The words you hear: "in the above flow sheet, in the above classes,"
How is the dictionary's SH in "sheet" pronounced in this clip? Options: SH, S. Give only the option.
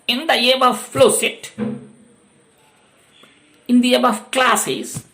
S